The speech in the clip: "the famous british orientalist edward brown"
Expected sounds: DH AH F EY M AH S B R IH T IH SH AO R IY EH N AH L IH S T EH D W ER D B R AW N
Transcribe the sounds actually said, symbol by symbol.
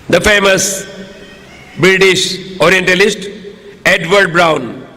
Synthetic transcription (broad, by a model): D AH F EY M AH S B R IH T IH SH AO R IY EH N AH L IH S T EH D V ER D B R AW N